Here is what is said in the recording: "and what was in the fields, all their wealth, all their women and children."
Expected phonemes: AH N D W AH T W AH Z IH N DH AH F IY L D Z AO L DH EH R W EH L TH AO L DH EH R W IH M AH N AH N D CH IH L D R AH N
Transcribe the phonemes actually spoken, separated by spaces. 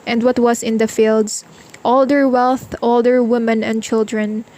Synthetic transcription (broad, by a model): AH N D W AH T W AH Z IH N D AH F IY L D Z AO L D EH R W EH L TH AO L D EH R W IH M AH N AH N D CH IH L D R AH N